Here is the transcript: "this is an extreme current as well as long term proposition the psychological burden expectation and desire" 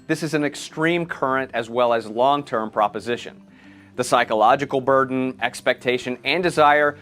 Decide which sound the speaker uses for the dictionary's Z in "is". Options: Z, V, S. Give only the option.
Z